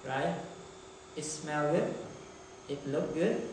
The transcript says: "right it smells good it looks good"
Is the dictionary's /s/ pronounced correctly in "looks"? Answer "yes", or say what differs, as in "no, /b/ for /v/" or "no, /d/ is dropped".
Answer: no, /s/ is dropped